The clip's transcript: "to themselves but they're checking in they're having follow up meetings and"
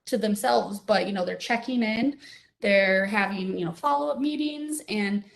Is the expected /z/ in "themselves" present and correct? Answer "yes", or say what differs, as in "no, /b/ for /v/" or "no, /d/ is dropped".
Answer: yes